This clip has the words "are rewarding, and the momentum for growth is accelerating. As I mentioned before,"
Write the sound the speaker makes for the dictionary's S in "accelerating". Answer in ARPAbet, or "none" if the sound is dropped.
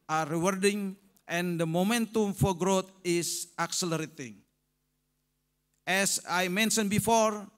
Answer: S